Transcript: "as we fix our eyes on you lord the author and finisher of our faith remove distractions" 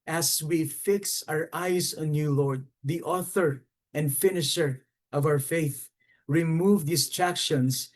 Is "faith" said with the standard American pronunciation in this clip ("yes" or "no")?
yes